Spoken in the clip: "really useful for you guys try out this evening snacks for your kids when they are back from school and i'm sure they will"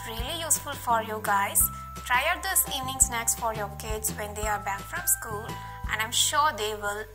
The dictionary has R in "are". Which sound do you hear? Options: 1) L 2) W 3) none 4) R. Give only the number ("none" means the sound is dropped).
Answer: 4